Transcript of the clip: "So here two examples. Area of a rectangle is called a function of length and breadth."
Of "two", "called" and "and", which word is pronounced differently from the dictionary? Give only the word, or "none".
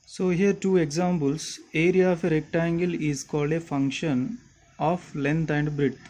none